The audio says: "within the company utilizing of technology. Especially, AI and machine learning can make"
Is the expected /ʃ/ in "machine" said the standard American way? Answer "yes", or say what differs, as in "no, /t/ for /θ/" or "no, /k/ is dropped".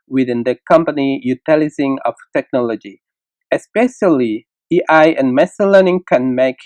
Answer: no, /s/ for /ʃ/